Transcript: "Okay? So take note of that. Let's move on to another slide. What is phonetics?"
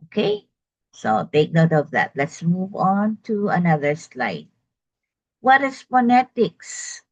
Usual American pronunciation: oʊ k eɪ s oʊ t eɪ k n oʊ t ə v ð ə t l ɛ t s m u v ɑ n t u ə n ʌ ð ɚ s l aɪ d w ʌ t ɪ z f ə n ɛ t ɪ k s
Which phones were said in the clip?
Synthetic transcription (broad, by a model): oʊ k eɪ s oʊ t eɪ k n oʊ t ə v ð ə t l ɛ t s m u v ɑ n t u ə n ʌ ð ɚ s l aɪ d w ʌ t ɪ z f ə n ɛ t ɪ k s